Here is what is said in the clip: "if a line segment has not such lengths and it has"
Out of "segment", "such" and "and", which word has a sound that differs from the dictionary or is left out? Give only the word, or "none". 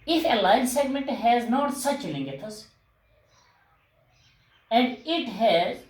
none